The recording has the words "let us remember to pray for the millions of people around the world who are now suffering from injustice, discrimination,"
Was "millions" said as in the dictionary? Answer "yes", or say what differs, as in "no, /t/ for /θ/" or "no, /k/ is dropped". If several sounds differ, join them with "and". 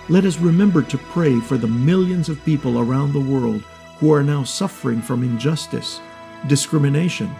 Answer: yes